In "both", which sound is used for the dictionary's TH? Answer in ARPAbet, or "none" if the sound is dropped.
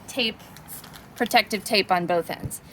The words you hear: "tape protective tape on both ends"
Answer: TH